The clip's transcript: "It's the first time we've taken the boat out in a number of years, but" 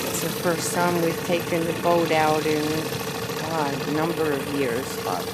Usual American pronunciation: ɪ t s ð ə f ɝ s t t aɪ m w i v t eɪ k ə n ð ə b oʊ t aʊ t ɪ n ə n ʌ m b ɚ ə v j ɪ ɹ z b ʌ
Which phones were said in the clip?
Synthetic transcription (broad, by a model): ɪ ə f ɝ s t s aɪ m w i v t eɪ k ə n ð ə b oʊ t aʊ t ɪ n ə n ʌ m b ɚ ə v j ɪ ɹ z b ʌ